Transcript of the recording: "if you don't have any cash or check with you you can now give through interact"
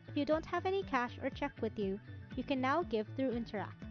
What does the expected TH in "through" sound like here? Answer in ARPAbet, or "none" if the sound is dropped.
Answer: TH